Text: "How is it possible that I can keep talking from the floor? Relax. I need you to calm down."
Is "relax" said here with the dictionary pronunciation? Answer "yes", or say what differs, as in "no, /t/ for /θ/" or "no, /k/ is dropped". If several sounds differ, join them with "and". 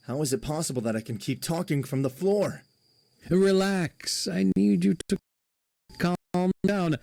yes